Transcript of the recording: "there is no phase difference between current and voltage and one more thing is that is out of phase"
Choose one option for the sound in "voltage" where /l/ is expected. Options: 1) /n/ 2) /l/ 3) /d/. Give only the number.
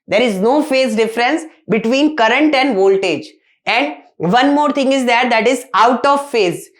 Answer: 2